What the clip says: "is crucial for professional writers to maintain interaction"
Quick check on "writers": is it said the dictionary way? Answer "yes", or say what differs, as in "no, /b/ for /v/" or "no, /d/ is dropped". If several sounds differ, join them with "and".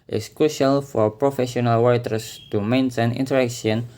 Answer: no, /w/ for /ɹ/ and /s/ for /z/